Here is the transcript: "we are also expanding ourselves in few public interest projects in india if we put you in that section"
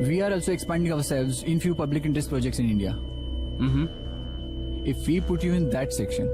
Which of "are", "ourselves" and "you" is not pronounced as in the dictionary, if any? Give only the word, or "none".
none